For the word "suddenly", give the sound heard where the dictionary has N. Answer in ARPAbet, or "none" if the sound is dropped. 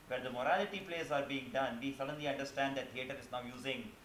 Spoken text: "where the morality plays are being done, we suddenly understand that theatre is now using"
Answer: N